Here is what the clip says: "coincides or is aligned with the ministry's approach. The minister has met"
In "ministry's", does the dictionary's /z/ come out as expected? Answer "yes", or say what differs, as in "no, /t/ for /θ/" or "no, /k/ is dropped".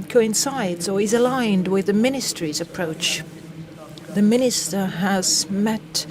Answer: yes